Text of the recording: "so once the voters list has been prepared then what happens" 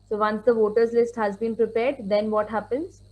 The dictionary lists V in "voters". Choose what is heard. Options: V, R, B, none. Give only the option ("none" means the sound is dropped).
V